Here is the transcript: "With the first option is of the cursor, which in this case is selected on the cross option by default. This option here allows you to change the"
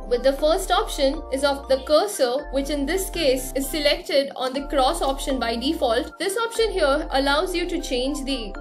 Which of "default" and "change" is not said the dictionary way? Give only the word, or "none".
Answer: none